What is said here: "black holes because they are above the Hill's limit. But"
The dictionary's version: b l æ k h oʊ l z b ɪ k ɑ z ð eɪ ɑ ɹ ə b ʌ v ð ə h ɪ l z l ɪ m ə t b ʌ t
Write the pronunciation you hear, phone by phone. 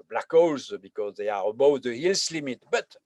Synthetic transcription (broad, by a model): b l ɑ k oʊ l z b ɪ k ɑ z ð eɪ ɑ ɹ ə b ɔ w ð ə h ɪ l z l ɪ m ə t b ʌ t